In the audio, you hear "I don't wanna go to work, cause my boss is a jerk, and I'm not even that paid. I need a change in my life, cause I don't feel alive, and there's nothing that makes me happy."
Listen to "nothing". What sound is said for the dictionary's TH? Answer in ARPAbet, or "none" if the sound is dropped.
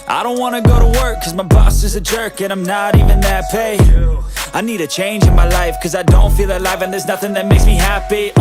TH